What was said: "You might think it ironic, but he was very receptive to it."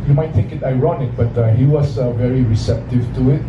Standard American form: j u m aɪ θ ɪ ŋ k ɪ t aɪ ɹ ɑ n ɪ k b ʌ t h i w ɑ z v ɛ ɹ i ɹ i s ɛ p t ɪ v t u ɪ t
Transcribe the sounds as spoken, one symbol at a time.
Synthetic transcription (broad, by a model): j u m aɪ t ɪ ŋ k ɪ t aɪ ɹ ɑ n ɪ k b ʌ t h i w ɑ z v ɛ ɹ i ɹ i s ɛ p t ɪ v t u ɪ t